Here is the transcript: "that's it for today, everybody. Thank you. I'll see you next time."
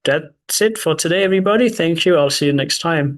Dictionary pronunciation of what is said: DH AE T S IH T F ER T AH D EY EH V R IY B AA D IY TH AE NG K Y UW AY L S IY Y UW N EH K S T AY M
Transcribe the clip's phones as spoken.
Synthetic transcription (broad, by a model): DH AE T S IH T F ER T AH D EY EH V R IY B AA D IY TH AE NG K Y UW AY L S IY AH N EH K S T AY M